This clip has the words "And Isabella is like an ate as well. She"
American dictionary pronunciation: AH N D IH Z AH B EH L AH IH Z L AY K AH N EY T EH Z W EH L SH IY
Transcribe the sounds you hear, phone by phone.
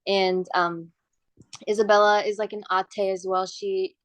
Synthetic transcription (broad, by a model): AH N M IH Z AH B EH L AH IH Z L AY K AH N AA T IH Z W EH L SH IY